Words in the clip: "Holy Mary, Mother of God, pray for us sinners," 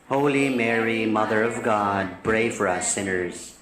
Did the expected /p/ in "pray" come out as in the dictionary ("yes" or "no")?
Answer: no